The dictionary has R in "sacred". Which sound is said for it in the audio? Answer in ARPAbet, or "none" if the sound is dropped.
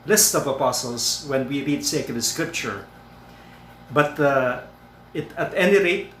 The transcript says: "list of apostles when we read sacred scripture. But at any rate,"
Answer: none